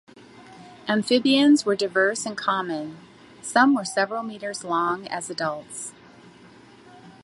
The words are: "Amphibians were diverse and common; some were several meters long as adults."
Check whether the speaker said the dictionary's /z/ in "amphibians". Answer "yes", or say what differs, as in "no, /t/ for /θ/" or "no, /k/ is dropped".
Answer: yes